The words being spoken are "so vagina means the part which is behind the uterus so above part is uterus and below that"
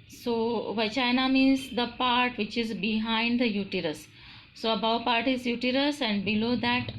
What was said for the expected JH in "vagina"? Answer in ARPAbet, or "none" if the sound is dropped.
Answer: CH